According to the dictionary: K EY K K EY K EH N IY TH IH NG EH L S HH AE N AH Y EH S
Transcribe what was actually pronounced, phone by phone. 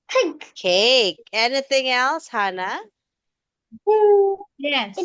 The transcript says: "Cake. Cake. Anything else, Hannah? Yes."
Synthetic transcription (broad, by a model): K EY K K EY K EH N IY TH IH NG EH L S HH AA N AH Y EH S